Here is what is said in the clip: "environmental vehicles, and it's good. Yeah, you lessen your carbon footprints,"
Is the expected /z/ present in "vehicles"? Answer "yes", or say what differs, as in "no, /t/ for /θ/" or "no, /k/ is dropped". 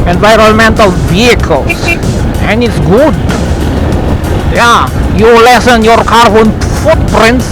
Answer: no, /s/ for /z/